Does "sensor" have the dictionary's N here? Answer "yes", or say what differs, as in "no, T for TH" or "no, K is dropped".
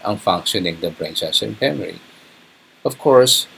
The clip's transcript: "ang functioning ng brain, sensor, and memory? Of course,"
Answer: no, N is dropped